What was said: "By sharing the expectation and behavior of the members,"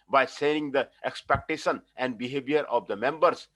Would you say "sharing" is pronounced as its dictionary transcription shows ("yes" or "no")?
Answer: no